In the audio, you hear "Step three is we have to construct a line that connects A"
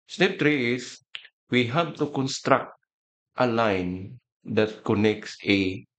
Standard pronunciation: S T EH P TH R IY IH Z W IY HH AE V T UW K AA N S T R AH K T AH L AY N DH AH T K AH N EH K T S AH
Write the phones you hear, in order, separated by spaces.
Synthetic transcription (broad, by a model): S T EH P T R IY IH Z W IY HH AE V T UW K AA N S T R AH K T AH L AY N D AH T K AH N EH K T S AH